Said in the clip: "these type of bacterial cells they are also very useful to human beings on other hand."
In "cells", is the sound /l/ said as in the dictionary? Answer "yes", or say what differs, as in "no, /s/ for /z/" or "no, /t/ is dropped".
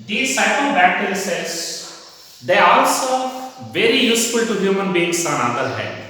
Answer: no, /l/ is dropped